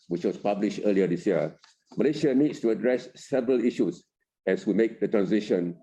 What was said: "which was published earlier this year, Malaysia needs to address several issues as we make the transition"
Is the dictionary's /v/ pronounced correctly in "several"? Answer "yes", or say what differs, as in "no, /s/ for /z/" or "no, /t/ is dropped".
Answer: yes